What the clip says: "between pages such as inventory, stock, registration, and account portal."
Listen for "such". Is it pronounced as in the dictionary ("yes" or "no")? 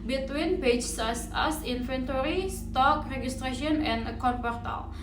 no